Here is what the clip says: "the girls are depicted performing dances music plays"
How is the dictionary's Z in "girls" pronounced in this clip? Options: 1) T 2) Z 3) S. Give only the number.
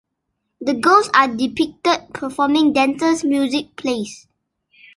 3